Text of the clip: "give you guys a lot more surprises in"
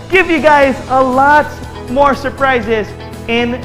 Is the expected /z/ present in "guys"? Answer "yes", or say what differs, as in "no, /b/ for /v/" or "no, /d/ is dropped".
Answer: yes